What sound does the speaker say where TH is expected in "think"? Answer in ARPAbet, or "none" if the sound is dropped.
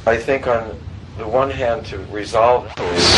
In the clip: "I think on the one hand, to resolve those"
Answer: TH